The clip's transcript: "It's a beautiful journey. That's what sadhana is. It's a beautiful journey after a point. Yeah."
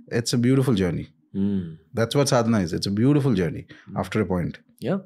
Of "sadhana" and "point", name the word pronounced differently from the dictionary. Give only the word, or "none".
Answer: sadhana